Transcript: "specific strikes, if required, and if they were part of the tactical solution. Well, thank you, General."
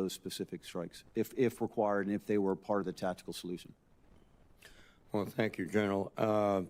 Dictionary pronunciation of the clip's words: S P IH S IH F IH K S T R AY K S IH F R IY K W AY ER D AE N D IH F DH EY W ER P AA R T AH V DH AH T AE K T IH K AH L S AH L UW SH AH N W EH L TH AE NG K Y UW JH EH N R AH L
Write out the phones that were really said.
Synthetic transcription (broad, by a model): S P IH S IH F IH K S T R AY K S IH F R IY K W AY ER D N IH F DH EY W ER P AA R T AH V DH AH T AE K T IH K L S AH L UW SH AH N W EH L TH AE NG K Y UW JH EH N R L